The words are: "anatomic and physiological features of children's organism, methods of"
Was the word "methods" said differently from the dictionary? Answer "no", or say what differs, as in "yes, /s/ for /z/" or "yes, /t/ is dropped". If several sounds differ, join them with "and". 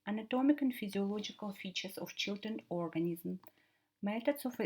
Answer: yes, /t/ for /θ/